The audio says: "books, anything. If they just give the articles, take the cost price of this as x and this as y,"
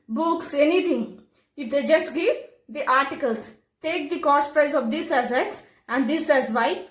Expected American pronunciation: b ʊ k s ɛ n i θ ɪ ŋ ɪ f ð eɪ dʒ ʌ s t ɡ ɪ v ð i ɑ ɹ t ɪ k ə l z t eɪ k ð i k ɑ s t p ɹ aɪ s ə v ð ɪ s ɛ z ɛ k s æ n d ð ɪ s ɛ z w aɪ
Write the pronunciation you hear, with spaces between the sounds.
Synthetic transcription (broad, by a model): b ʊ k s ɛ n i t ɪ ŋ ɪ f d eɪ dʒ ʌ s t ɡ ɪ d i ɑ ɹ t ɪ k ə l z t eɪ k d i k ɑ s t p ɹ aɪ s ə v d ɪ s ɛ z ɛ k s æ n d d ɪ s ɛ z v aɪ